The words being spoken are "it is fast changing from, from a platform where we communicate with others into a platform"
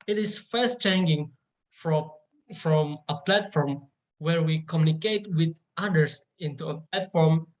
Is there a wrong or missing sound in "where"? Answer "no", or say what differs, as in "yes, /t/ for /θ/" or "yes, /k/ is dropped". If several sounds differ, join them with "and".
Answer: no